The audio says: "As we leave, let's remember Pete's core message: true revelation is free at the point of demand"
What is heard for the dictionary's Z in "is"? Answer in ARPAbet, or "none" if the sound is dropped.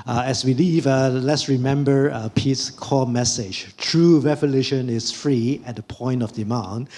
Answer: S